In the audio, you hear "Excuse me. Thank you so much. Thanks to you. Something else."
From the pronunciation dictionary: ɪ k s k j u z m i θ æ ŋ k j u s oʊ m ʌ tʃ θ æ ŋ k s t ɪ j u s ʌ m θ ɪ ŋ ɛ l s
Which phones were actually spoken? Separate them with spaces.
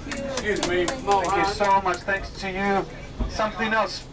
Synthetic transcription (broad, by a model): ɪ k s k j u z m i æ k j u s oʊ m ʌ tʃ θ æ ŋ k s t ɪ j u s ʌ m θ ɪ ŋ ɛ l s